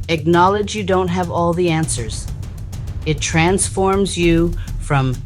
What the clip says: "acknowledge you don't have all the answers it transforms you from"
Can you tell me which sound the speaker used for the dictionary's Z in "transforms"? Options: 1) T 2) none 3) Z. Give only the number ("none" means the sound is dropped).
3